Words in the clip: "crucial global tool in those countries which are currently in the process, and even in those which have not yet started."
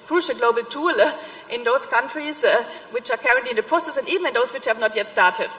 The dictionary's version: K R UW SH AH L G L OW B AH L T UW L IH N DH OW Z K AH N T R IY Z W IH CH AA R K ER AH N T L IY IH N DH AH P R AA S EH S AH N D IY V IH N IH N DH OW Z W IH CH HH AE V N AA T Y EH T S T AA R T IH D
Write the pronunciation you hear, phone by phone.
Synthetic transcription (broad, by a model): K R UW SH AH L G L OW B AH L T UW L IH N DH OW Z K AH N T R IY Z W IH CH AA R K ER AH N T L IY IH N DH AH P R AA S EH S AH N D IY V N IH N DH OW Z W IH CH HH AE V N AA T Y EH T S T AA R T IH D